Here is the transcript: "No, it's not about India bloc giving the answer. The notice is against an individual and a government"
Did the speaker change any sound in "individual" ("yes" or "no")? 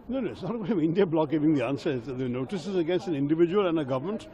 no